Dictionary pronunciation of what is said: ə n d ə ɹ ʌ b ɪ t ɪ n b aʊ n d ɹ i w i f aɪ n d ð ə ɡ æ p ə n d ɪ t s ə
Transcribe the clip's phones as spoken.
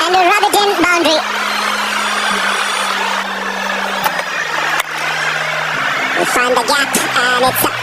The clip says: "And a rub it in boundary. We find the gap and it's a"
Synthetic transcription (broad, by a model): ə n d ə ɹ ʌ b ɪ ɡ ɪ n b aʊ n d ɹ i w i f aɪ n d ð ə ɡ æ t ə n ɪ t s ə